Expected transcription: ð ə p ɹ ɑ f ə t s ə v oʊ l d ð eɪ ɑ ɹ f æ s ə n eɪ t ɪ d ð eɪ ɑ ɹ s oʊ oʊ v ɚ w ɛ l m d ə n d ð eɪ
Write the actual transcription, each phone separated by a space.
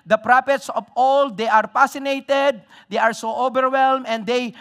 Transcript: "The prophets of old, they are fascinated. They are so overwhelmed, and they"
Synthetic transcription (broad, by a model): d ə p ɹ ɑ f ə t s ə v oʊ l d eɪ ɑ ɹ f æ s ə n eɪ t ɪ d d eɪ ɑ ɹ s oʊ oʊ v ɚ w ɛ l m ə n d eɪ